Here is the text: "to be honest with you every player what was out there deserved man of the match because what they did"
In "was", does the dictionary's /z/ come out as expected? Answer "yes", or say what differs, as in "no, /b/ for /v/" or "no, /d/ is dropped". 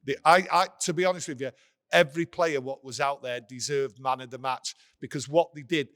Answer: yes